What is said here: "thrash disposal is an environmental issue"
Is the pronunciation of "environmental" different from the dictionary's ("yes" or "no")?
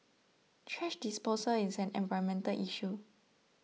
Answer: yes